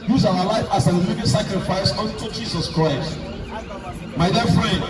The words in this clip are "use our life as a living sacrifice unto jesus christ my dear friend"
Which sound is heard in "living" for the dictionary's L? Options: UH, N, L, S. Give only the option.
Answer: N